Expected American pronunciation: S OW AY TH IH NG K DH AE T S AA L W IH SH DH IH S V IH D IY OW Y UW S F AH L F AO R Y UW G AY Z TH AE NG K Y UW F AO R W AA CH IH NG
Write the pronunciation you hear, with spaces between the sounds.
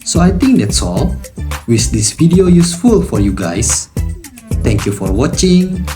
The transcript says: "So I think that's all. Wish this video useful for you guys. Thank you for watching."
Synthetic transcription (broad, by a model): S OW AY T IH NG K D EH T S AA L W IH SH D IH S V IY D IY OW Y UW S F AH L F AO R Y UW G AY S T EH NG K Y UW F AO R W AA CH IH NG